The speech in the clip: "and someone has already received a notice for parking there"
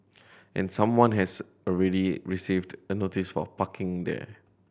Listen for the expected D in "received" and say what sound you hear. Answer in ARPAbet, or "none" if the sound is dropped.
D